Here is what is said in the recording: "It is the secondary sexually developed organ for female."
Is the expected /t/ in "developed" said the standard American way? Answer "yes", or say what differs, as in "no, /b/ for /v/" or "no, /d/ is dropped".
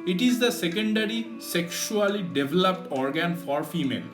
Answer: yes